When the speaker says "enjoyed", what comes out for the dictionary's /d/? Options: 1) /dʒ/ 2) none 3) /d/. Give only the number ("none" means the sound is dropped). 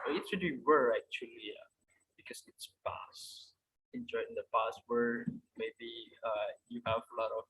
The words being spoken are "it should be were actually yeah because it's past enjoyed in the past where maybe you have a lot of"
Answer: 2